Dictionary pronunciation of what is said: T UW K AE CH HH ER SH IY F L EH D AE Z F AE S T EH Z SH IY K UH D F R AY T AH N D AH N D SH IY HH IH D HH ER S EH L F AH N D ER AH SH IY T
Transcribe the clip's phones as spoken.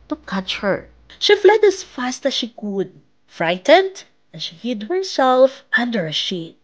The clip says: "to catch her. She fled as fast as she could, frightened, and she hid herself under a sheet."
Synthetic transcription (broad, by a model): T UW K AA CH HH ER SH IY F L EH D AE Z F AE S T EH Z SH IY K UH D F R AY T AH N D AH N SH IY HH IH D HH ER S EH L F AH N D ER AH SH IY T